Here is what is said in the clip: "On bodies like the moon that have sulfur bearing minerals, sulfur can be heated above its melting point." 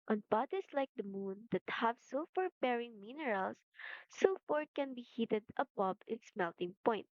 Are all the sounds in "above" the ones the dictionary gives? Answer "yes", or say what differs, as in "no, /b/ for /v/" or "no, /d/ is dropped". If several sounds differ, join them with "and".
no, /b/ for /v/